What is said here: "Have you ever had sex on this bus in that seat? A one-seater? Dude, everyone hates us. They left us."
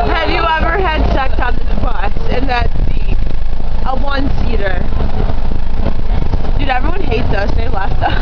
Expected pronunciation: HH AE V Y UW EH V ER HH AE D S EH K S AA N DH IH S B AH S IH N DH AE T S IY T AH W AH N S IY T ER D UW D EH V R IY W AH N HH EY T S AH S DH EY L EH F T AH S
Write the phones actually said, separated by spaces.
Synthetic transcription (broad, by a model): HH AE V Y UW EH V ER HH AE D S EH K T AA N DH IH B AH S IH N DH AE T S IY T AH W AH N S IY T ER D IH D EH V R IY W AH N HH EY T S AH S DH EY L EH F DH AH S